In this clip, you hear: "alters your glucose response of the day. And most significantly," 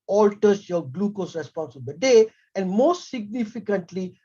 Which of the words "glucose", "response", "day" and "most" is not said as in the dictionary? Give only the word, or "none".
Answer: none